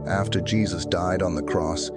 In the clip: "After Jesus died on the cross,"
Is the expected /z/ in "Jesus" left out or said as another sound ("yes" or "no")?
no